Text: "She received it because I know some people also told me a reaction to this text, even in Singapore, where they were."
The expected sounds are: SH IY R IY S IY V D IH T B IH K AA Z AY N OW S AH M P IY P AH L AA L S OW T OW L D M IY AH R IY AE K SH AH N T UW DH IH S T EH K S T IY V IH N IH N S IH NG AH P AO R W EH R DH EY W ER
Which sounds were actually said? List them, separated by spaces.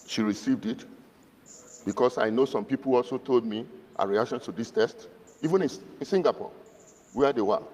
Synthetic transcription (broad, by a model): SH IY R IY S IY V D IH T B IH K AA S AY N OW S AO M P IY P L AA L S OW T OW L D M IY AH R IY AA K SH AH N T UW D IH S T EH S T IY V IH N IH N S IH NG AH P AO W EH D EY W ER